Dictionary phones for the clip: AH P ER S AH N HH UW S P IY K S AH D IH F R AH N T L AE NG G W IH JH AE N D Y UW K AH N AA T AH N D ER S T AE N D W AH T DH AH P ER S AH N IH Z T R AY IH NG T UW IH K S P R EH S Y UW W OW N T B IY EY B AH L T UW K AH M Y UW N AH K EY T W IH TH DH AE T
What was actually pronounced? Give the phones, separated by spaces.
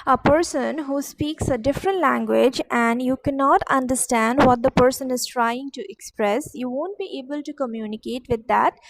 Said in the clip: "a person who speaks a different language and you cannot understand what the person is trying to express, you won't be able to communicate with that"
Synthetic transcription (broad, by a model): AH P ER S AH N HH UW S P IY K S AH D IH F R AH N T L AE NG G W IH JH AE N D Y UW K AH N AA T AH N D ER S T AE N D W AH T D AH P ER S AH N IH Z T R AY IH NG T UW IH K S P R EH S Y UW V OW N T B IY EY B AH L T UW K AH M Y UW N AH K EY T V IH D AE T